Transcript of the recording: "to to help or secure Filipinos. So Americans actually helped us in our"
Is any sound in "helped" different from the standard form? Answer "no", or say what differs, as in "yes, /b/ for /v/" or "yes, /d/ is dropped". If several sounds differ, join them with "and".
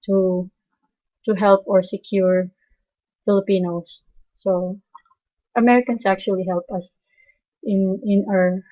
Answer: yes, /t/ is dropped